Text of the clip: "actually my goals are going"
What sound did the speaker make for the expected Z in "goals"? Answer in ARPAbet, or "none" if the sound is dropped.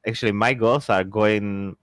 S